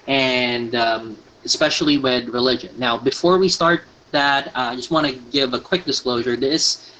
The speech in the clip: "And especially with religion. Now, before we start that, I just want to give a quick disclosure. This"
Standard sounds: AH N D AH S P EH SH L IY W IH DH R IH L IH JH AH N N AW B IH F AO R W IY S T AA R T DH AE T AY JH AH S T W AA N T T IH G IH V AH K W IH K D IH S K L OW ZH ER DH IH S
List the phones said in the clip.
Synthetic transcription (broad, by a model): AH N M AH S P EH SH L IY W IH DH R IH L IH JH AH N N AW B IH F AO R W IY S T AA R T DH AE T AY JH AH S T W AA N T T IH G IH V AH K W IH K D IH S K L OW ZH ER DH IH S